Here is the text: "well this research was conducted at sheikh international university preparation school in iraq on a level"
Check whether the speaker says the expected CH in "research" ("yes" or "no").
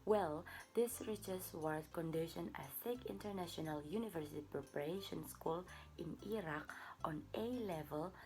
no